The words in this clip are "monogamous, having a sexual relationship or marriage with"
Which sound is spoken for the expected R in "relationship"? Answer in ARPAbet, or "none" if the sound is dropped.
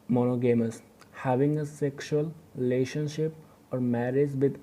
R